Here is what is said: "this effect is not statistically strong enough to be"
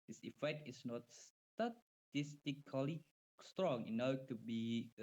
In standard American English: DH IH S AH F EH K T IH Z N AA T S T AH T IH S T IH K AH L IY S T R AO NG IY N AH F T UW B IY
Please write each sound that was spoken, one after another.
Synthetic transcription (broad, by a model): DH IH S AH F EH K T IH S N AA T S T AH T IH S T IH K AH L IY S T R AO NG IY N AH T UW B IY